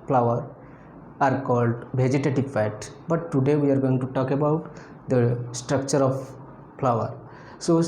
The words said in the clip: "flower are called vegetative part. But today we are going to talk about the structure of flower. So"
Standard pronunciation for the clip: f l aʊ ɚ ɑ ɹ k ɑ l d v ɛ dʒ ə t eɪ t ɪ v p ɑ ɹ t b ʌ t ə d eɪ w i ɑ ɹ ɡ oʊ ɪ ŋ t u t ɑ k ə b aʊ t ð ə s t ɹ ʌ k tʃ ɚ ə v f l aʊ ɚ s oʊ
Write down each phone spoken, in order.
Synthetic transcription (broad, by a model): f l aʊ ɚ ɑ ɹ k ɑ l d v ɛ dʒ ə t eɪ t ɪ v f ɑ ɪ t b ʌ t ə d eɪ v i ɑ ɹ ɡ oʊ ɪ ŋ t u t ɑ k ə b aʊ t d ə s t ɹ ʌ k tʃ ɚ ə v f l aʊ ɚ s oʊ